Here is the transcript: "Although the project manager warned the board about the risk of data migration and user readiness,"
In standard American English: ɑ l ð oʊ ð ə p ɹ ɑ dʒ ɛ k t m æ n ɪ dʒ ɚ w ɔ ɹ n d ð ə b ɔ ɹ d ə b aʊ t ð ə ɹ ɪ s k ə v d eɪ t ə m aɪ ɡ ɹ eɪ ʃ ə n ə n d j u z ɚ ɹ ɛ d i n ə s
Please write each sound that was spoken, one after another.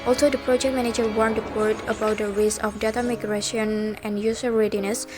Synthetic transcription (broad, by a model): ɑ l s oʊ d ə p ɹ ɑ dʒ ɛ k t m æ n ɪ dʒ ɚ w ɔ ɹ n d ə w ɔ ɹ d ə b aʊ t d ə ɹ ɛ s ə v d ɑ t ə m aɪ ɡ ɹ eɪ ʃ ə n ə n d j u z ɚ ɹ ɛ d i n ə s